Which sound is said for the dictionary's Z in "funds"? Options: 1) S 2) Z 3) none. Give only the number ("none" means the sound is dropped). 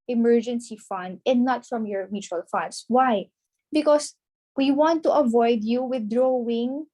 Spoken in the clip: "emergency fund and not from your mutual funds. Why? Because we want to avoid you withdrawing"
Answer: 1